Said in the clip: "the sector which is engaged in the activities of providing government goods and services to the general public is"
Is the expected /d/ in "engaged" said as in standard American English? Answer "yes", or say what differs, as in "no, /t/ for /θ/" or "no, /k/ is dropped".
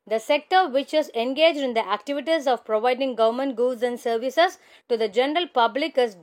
yes